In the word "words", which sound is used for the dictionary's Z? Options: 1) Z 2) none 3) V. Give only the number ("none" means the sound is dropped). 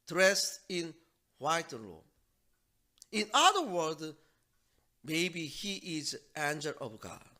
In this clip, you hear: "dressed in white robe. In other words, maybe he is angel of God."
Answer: 2